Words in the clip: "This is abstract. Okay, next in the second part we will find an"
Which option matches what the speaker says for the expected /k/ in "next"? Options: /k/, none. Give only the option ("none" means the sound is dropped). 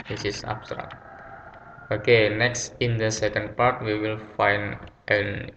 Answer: /k/